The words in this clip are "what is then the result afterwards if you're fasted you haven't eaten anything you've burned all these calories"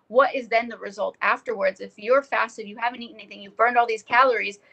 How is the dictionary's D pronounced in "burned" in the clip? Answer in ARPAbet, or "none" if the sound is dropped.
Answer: D